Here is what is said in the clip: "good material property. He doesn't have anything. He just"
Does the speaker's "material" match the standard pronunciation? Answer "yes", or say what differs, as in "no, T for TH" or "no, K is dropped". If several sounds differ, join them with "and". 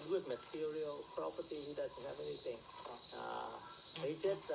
yes